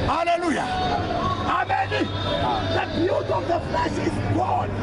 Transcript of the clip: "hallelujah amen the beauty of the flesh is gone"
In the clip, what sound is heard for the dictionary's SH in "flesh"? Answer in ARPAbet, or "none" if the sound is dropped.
S